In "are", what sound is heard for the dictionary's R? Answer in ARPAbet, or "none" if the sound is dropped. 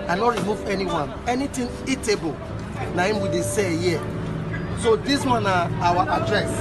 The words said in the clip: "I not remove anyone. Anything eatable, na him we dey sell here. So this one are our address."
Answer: W